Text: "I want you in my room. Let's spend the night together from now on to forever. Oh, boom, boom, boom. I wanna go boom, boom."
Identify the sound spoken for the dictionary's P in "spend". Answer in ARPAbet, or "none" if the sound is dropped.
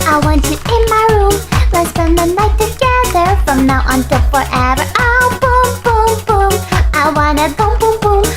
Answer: none